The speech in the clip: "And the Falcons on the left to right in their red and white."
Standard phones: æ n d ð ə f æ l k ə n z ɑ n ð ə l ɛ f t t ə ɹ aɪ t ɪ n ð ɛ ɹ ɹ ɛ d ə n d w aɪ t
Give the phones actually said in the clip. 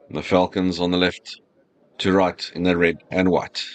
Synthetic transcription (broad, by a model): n ð ə f æ l k ə n z ɑ n ð ə l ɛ f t t ə ɹ aɪ t ɪ n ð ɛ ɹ ɹ ɛ d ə n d w aɪ t